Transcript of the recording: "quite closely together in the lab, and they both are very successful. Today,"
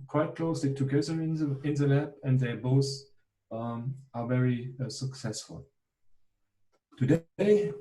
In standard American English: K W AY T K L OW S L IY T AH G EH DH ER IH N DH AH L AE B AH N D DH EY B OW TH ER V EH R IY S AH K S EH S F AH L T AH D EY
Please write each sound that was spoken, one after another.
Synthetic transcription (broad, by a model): K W AY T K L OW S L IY T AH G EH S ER IH N DH AH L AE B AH N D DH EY B OW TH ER V EH R IY S AH K S EH S F AH L T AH D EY